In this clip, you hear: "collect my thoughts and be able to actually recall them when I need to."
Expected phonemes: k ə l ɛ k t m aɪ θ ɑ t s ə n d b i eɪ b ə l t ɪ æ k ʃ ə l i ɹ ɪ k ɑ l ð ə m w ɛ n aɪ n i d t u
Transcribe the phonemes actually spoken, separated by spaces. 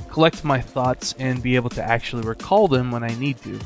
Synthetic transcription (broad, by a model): k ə l ɛ k t m aɪ θ ɑ t s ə n b i eɪ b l t ɪ æ k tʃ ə l i ɹ ɪ k ɑ l ð ə m w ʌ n aɪ n i d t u